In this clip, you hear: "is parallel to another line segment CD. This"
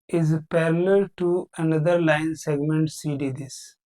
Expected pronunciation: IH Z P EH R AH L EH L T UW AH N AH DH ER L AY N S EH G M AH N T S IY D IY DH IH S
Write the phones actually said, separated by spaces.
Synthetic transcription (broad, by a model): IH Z P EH R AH L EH L T UW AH N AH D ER L AY N S EH G M AH N T S IY D IY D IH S